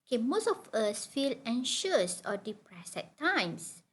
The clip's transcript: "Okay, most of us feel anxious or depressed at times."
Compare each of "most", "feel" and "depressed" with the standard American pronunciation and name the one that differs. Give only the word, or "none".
depressed